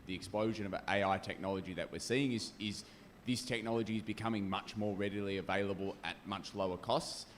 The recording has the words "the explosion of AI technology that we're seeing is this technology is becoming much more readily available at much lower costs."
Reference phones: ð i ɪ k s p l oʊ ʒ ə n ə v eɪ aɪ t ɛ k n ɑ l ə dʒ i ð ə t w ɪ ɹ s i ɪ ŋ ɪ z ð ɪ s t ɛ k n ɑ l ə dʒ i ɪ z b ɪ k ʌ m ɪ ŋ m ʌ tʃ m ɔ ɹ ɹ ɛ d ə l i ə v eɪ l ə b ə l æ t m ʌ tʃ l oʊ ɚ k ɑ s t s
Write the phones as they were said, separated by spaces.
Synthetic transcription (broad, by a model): ð i ɪ k s p l oʊ ʒ ə n ə v eɪ aɪ t ɛ k n ɑ l ə dʒ i ð ə t w ɪ ɹ s i ɪ ŋ ɪ z ð ɪ s t ɛ k n ɑ l ə dʒ i ɪ z b ɪ k ʌ m ɪ ŋ m ʌ tʃ m ɔ ɹ ɹ ɛ d ə l i ə v eɪ l ə b ə l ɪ t m ʌ tʃ l oʊ ɚ k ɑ s t s